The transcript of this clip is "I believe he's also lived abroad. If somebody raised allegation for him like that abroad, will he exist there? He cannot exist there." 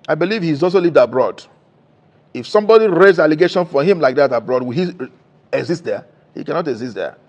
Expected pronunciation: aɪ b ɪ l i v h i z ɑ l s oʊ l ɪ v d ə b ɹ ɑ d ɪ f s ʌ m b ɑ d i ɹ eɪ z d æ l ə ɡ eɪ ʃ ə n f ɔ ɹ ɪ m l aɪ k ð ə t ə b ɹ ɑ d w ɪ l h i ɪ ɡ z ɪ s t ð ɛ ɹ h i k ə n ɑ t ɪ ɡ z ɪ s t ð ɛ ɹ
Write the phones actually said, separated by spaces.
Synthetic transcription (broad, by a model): aɪ b ɪ l i v h i z ɑ l s oʊ l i v d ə b ɹ ɑ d ɪ f s ʌ m b ɑ d i ɹ eɪ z ɑ l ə ɡ eɪ ʃ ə n f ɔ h ɪ m l aɪ k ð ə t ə b ɹ ɑ d w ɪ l h i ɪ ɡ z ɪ s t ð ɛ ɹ h i k ə n ɑ t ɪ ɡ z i s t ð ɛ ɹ